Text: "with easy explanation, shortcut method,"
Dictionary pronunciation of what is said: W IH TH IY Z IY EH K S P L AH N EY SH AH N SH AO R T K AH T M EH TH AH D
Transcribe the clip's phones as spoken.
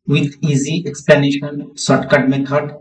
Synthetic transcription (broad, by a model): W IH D IY Z IY EH K S P L AH N EY SH AH N S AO T K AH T M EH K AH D